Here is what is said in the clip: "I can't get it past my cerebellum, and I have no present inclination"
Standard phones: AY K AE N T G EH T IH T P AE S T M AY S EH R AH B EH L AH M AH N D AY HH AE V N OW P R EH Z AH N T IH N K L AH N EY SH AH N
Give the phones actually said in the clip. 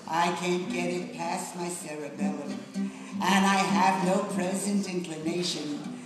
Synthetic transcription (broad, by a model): AY K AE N G EH T IH T P AE S M AY S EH R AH B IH L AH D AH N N AY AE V N OW P R EH Z AH N T IH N K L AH N EY SH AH N